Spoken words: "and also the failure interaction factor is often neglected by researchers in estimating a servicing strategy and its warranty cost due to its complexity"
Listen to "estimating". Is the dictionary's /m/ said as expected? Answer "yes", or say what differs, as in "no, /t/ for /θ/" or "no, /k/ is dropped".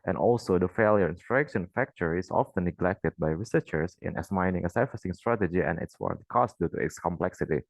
no, /m/ is dropped